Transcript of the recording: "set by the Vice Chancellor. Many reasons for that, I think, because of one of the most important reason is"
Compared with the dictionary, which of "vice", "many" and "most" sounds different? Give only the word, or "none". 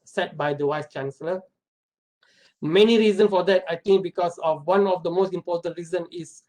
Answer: vice